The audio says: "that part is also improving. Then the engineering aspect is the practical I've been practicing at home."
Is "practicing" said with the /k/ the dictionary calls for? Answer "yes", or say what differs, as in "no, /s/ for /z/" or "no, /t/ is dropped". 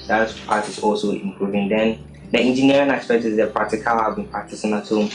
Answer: no, /k/ is dropped